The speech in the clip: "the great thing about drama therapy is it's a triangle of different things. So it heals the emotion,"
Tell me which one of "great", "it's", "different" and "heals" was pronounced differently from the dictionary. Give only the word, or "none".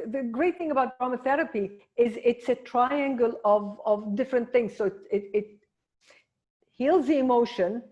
none